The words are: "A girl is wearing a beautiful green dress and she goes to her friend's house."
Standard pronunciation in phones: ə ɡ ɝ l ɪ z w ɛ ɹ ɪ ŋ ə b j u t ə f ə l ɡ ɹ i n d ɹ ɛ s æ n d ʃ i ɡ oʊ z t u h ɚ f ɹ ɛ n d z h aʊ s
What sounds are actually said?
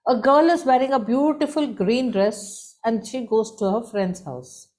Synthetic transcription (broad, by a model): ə ɡ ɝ l ɪ z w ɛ ɹ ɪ ŋ ə b j u t ə f ə l ɡ ɹ i n d ɹ ɛ s æ n d ʃ i ɡ oʊ z t u h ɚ f ɹ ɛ n d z h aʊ s